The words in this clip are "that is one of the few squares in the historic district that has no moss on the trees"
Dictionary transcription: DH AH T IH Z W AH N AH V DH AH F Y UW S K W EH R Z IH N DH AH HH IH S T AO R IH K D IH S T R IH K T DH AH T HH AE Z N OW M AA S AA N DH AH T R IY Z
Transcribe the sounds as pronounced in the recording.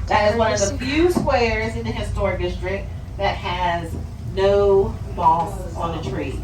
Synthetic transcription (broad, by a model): DH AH T IH Z W AH N AH V DH AH F Y UW S K W EH R Z IH N DH AH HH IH S T AO R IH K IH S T R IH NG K DH AH T HH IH Z N OW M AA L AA N DH AH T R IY